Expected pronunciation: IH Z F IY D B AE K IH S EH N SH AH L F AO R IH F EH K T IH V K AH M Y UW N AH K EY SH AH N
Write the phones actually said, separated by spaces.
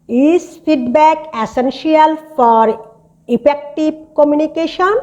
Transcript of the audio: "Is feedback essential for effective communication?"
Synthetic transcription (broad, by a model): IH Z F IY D B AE K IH S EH N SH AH L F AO R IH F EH K T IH B K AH M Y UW N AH K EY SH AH N